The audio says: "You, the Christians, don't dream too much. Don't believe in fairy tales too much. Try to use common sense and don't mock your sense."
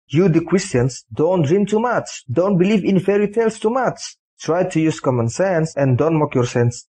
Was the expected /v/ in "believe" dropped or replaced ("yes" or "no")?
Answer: no